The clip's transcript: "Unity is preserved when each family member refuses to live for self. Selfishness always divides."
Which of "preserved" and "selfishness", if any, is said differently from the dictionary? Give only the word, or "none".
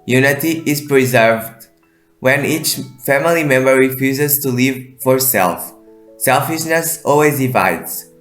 none